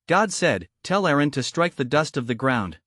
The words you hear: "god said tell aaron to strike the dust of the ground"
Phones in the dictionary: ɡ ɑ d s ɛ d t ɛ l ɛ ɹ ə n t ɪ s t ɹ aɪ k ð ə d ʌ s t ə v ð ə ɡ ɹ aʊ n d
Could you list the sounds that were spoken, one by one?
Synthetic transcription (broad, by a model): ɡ ɑ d s ɛ d t ɛ l ɛ ɹ ə n t ɪ s t ɹ aɪ k ð ə d ʌ s t ə v ð ə ɡ ɹ aʊ n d